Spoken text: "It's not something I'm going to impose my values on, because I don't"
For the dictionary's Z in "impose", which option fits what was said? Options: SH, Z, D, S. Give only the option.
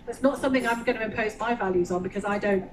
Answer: Z